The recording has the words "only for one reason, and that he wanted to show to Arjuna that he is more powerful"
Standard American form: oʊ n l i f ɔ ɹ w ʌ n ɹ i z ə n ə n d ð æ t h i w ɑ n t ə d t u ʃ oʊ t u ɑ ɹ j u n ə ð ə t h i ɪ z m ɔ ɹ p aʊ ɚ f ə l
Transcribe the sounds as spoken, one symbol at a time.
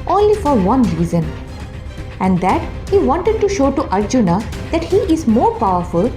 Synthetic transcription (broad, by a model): oʊ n l i f ɔ ɹ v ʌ n ɹ i z ə n ə n d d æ t h i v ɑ n t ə d t u ʃ oʊ t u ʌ ɹ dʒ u n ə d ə t h i ɪ z m ɔ ɹ p aʊ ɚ f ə l